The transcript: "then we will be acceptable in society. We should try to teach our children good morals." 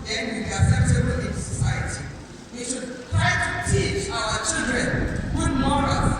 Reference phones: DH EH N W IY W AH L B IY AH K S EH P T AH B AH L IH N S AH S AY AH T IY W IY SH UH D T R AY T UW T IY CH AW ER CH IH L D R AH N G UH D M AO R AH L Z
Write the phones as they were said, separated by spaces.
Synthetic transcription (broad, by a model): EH N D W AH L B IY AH S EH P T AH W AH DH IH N S AH S AY AH T IY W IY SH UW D T R AY T UW T IY CH AW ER CH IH L D R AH N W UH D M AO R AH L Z